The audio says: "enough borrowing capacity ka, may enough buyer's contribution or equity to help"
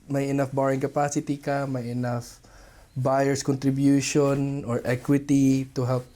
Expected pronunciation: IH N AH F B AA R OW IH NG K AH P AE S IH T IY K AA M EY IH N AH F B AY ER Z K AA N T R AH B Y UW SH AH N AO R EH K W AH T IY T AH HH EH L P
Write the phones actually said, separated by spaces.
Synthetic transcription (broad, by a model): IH N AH F B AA R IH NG K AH P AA S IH T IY K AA M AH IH N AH F B AY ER S K AA N T R AH B Y UW SH AH N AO R EH K W AH T IY T AH HH EH L P